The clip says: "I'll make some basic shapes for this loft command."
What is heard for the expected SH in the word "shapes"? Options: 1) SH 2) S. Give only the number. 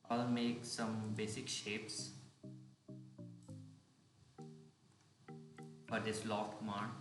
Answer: 1